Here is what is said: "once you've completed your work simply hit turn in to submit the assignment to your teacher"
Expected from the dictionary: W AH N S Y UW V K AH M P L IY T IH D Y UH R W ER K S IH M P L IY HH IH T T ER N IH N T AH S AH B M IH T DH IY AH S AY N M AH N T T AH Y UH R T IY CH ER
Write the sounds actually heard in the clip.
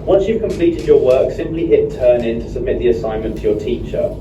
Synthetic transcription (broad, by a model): W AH N S Y UW V K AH M P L IY T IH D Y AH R W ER K S IH M P L IY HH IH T T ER N IH N T AH S AH B M IH T DH IY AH S AY N M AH N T T AH Y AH T IY CH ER